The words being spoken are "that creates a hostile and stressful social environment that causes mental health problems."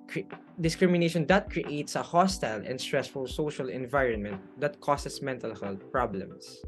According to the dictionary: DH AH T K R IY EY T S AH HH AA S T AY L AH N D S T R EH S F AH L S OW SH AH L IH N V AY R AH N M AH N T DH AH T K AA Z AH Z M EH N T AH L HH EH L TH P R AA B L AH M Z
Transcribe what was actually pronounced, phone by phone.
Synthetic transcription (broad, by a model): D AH T K R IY EY T S AH HH AA S T AY L AH N D S T R EH S F AH L S OW SH AH L IH N V AY R AH N M AH N T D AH T K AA S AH S M EH N T AH L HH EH L T P R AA B L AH M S